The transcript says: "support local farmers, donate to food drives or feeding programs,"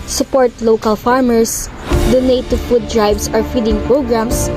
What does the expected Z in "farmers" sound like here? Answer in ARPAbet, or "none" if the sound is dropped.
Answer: S